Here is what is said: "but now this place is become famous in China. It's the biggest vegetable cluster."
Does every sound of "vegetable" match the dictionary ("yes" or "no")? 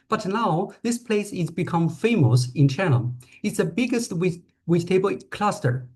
no